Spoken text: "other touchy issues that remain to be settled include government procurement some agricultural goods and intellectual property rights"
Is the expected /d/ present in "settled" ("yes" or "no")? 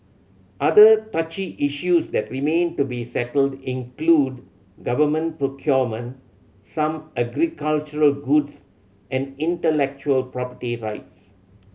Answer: yes